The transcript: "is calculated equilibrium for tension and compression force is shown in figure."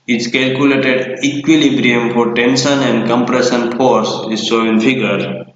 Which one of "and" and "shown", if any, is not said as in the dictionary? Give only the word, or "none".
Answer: shown